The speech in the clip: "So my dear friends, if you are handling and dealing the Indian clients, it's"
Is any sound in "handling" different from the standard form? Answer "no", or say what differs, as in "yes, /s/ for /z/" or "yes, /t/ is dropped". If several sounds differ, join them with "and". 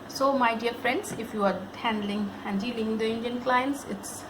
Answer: no